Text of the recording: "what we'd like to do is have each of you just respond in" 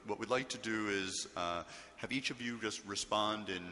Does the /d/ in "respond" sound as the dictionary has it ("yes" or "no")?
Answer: yes